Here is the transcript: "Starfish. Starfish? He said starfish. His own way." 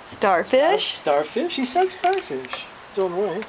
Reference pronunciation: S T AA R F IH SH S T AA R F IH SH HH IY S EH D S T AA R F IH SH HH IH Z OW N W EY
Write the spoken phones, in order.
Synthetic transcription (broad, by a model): S T AA R F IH SH S T AA R F IH SH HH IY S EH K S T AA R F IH SH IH S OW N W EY